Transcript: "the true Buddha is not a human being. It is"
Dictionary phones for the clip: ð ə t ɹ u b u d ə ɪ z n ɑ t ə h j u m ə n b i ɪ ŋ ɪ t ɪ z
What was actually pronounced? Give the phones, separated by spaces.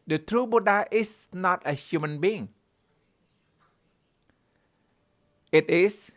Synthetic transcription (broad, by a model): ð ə t ɹ u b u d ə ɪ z n ɑ t ə h j u m ə n b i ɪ ŋ ɪ t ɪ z